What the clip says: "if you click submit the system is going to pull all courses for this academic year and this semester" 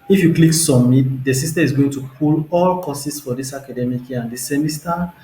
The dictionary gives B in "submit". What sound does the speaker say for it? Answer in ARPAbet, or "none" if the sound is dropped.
none